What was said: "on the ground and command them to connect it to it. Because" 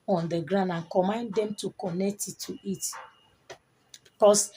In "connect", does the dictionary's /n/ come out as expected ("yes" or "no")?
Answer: yes